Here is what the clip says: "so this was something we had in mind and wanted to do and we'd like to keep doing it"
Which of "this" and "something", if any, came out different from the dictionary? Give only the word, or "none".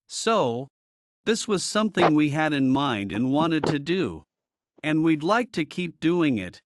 none